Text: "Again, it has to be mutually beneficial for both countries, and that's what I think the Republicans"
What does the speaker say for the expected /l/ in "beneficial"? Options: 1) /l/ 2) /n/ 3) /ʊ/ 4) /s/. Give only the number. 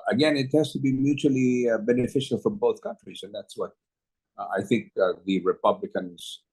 1